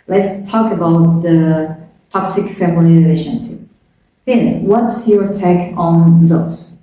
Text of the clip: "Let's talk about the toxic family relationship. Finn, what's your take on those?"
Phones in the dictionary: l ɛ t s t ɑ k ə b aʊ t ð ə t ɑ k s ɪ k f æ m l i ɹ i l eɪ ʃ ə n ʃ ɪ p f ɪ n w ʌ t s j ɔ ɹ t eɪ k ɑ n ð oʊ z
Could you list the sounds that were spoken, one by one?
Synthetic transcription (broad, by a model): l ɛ t s t ɑ k ə b aʊ t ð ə t ɑ k s ɪ k f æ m i l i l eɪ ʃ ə n s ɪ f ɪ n w ʌ t s j ɔ ɹ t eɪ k ɑ n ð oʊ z